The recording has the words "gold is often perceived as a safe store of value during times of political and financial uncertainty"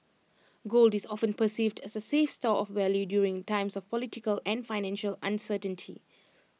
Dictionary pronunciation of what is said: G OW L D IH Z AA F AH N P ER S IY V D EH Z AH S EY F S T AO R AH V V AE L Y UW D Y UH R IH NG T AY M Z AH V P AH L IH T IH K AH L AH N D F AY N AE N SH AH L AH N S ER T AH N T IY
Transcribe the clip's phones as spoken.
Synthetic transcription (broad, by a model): G OW L D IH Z AA F AH N P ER S IY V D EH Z AH S EY F S T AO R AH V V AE L Y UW D Y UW R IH NG T AY M S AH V P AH L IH T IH K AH L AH N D F AY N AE N SH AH L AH N S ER T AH N T IY